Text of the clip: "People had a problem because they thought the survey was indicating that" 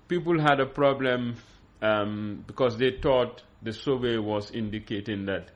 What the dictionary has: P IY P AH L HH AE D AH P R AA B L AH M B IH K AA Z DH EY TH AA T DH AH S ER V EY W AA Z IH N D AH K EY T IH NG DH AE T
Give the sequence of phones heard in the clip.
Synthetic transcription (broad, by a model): P IY P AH L HH AE D AH P R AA B L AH M B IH K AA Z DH EY T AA T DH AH S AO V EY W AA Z IH N D AH K EY T IH NG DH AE T